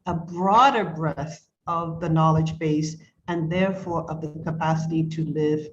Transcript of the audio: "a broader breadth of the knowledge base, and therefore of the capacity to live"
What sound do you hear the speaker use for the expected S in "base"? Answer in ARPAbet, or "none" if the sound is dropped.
S